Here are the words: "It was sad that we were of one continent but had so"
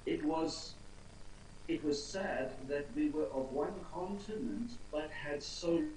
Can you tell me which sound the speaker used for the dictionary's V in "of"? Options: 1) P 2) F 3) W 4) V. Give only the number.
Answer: 4